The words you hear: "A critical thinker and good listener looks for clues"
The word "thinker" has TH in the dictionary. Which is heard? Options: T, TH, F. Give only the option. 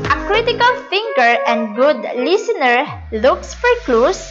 F